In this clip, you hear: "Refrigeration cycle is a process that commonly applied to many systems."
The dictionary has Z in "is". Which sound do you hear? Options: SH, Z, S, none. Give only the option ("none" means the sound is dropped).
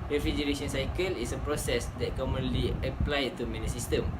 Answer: S